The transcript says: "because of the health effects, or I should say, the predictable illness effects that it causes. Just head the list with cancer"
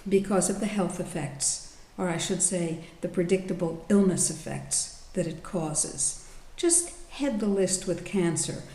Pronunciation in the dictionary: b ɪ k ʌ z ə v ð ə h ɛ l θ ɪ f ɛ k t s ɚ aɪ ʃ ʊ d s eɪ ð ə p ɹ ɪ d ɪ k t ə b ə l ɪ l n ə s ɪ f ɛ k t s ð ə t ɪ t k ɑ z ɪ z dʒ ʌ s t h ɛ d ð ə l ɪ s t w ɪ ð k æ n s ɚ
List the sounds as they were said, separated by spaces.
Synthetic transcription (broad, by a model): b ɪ k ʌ z ə v ð ə h ɛ l θ ɪ f ɛ k t s ɚ aɪ ʃ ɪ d s eɪ ð ə p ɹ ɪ d ɪ k t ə b l ɪ l n ə s ɪ f ɛ k t s ð ə t ɪ t k ɑ z ɪ z dʒ ʌ s t h ɛ d ð ə l ɪ s t w ɪ ð k æ n s ɚ